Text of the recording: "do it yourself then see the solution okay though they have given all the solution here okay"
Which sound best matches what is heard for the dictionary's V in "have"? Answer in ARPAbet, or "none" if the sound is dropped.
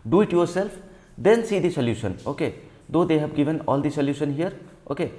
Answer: B